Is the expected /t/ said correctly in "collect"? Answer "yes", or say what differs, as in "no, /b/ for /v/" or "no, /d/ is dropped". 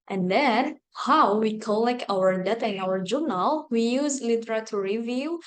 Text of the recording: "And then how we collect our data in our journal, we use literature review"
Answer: no, /t/ is dropped